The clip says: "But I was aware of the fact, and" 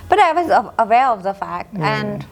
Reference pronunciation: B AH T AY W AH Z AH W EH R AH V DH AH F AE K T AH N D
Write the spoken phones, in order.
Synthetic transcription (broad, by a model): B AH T AY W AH Z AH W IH L AH V DH AH F AE K T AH N